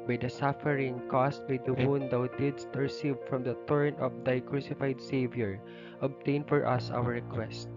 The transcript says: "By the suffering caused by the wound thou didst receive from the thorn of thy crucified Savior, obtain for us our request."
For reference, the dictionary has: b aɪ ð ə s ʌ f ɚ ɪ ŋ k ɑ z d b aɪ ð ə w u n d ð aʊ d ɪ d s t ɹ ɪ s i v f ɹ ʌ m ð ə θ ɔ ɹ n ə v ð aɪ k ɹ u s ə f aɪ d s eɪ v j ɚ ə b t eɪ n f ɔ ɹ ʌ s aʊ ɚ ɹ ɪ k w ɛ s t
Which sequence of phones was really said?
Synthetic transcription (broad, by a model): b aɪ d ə s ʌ f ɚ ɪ ŋ k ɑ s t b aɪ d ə w u n d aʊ d ɪ d s t ɹ ɪ s i v f ɹ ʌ m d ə t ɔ ɹ n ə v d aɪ k ɹ u s ə f aɪ d s eɪ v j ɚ ə b t eɪ n f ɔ ɹ ʌ s aʊ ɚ ɹ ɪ k w ɛ s t